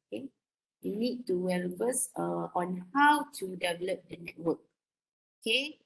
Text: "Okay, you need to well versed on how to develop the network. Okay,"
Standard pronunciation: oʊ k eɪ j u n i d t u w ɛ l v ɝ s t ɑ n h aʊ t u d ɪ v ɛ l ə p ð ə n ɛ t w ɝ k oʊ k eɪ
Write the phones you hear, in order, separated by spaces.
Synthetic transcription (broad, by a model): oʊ k eɪ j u n i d t u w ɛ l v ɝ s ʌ ɑ n h aʊ t u d ɪ v ɛ l ə p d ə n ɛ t w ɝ k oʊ k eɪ